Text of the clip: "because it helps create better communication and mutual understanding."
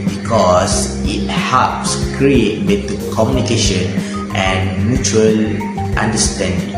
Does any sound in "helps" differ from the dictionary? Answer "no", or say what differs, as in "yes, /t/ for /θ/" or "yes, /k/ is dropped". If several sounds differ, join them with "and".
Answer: yes, /l/ is dropped